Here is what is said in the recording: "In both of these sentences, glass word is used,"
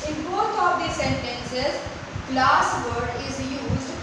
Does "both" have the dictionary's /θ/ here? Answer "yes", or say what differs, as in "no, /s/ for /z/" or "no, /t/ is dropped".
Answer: no, /t/ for /θ/